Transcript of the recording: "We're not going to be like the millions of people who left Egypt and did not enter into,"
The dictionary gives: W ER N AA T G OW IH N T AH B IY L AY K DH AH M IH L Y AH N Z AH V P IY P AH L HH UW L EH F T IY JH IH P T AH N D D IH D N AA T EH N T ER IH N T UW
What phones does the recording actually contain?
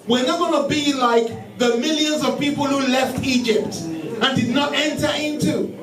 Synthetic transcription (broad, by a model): W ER N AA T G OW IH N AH B IY L AY K DH AH M IH L Y AH N Z AH V P IY P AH L HH UW L EH F T IY JH IH P T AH N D D IH D N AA T EH N T ER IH N T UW